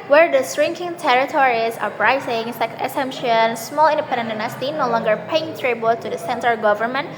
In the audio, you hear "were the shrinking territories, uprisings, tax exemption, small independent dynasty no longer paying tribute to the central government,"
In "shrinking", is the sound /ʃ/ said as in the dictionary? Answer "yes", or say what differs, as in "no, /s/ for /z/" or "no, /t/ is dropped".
no, /s/ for /ʃ/